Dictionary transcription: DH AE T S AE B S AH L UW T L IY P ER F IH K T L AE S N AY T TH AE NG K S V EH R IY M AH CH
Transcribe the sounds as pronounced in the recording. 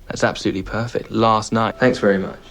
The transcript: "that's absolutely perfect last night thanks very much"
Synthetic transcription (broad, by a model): DH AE T S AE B S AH L UW T L IY P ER F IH K T L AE S N AY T TH AE NG K S V EH R IY M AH CH